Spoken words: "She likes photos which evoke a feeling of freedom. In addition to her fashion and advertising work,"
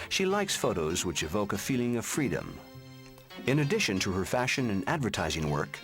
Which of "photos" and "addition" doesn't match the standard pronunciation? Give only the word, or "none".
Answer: none